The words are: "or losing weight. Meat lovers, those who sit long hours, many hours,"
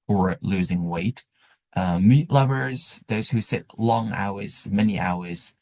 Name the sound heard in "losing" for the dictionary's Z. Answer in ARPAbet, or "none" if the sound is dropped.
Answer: Z